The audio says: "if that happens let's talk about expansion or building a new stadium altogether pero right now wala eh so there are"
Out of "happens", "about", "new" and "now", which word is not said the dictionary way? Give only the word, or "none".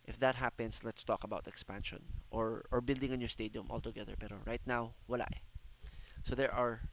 happens